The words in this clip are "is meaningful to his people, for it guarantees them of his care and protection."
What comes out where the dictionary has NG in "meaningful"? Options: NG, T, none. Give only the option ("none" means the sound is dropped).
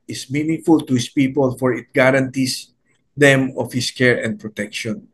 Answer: NG